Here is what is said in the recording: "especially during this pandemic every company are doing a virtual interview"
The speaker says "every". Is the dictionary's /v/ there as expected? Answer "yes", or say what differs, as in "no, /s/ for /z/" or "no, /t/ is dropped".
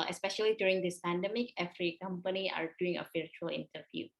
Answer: no, /f/ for /v/